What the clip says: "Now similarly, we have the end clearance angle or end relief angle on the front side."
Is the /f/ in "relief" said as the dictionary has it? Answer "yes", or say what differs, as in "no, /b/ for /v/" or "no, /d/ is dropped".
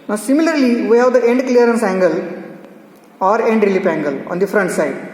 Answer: no, /p/ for /f/